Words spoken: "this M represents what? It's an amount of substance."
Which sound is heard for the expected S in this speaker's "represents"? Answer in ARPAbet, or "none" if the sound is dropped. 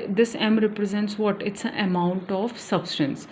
S